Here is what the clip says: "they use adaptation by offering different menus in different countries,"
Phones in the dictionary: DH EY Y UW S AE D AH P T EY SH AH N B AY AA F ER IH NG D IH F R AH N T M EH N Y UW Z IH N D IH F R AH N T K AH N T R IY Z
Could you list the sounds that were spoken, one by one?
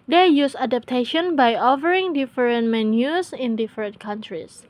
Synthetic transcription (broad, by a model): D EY Y UW S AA D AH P T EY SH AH N B AY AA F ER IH NG D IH F R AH N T M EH N Y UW S IH N D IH F R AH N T K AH N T R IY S